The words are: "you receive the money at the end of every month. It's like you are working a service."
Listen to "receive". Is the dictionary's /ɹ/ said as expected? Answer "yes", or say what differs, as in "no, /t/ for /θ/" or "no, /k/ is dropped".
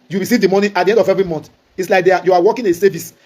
no, /w/ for /ɹ/